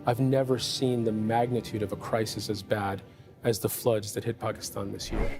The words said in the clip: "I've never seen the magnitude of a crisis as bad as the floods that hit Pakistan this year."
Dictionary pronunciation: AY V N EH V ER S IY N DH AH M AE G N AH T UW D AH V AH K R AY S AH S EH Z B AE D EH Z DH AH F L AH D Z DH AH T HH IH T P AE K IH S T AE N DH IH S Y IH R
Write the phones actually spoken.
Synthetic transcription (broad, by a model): AY V N EH V ER S IY N DH AH M AE G N AH T UW D AH V AH K R AY S AH S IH Z B AE D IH Z DH AH F L AH D Z DH AH T HH IH T P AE K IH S T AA N DH IH S Y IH R